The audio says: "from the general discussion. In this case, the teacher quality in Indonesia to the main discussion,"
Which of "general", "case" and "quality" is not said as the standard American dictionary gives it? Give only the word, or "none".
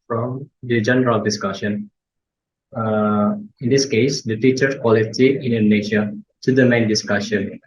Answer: none